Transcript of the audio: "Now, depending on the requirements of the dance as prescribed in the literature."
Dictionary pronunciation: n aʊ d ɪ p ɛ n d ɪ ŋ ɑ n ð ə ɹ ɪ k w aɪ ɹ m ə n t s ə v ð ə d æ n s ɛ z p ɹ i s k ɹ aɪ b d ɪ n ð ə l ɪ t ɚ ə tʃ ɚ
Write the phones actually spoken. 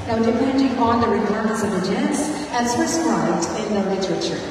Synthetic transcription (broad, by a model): n aʊ d ɪ p ɛ n d ɪ ŋ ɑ n ð ə ɹ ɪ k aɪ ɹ ə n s ə v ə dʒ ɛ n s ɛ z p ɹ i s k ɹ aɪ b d ɪ n ð ə l ɪ t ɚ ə tʃ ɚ